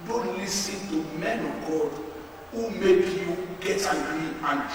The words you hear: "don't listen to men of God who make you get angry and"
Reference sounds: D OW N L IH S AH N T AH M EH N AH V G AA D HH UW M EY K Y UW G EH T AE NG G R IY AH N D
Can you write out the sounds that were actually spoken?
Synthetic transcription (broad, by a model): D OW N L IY S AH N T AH M EH N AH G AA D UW M EY K Y UW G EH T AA G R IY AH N